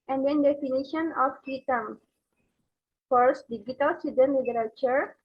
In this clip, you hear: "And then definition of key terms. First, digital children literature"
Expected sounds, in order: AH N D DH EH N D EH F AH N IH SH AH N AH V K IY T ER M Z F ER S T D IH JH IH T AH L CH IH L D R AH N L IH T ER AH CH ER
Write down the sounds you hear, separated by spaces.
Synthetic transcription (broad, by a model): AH N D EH N D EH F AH N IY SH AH N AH F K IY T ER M F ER S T D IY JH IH T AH L S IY D AH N L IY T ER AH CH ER